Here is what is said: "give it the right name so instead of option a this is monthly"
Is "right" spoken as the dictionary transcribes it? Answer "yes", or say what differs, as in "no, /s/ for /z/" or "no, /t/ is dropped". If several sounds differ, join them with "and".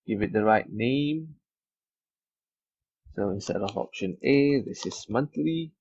yes